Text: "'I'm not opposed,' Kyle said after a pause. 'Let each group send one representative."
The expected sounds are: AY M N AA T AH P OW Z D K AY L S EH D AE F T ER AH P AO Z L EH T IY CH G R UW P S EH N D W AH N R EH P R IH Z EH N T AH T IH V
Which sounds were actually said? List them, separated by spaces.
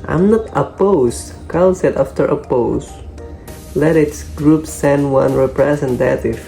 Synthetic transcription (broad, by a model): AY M N AA T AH P OW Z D K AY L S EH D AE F T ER AH P AO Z L EH T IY S G R UW P S EH N D W AH N R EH P R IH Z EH N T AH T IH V